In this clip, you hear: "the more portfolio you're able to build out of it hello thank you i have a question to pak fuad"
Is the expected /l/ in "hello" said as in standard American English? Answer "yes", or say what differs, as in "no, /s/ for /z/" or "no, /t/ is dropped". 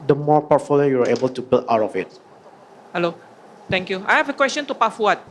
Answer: yes